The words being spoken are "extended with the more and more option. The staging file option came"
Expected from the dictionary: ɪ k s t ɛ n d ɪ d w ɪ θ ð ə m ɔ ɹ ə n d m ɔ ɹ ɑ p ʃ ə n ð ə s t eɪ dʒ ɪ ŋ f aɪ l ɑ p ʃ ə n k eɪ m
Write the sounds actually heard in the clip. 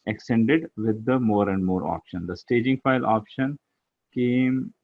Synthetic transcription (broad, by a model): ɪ k s t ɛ n d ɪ d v ɪ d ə m ɔ ɹ ə n d m ɔ ɹ ɑ p ʃ ə n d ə s t eɪ dʒ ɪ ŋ f aɪ l ɑ p ʃ ə n k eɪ m